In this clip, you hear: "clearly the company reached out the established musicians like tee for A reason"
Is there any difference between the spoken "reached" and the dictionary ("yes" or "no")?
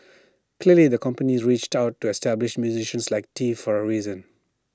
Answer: no